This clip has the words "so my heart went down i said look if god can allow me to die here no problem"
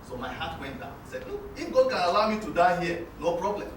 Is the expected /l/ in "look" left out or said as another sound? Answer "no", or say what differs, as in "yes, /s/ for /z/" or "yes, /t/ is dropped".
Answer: yes, /n/ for /l/